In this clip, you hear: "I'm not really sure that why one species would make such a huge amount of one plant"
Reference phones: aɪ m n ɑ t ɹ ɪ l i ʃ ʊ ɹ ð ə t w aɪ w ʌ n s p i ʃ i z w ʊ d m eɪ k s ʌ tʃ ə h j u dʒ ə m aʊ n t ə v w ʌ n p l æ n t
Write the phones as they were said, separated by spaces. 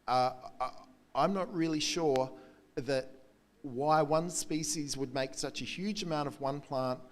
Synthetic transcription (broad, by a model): aɪ m n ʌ t ɹ ɪ l i ʃ ʊ ɹ ð ə t w aɪ w ʌ n s p i ʃ i z w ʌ d m eɪ k s ʌ tʃ ə h j u dʒ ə m aʊ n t ə v w ʌ n p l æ n t